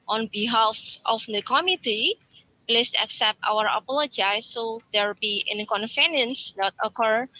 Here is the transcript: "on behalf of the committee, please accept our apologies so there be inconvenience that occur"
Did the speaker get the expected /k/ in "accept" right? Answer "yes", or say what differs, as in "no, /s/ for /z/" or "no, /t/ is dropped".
yes